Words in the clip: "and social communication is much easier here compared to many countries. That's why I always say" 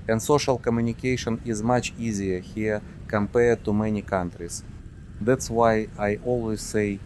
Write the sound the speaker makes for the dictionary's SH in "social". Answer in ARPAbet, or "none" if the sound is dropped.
SH